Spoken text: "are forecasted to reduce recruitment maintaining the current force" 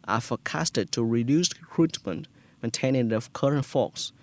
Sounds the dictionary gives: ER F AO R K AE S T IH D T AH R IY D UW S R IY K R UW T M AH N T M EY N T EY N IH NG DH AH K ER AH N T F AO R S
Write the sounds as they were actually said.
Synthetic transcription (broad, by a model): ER F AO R K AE S T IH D T AH R IY D UW S K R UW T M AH N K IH N T EY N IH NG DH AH K ER AH N T F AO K S